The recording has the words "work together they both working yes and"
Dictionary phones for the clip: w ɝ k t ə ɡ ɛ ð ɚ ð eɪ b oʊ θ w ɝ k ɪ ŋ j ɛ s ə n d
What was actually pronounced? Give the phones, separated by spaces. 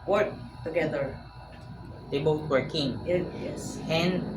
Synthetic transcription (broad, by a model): w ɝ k t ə ɡ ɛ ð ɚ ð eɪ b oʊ t w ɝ k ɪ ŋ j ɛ s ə n